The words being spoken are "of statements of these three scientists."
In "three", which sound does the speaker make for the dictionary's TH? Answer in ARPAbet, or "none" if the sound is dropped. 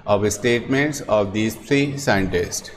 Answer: T